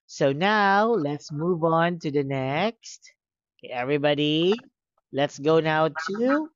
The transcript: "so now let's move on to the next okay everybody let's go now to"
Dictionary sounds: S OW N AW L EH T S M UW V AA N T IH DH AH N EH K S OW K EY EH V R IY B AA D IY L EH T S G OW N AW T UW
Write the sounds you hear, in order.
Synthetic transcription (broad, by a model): S OW N AW L EH T S M UW V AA N T IH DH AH N EH K S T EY EH V R IY B AA D IY L EH T S G OW N AW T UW